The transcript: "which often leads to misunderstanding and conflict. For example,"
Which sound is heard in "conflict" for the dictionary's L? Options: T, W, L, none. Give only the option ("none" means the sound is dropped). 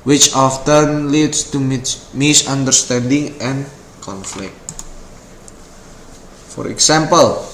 L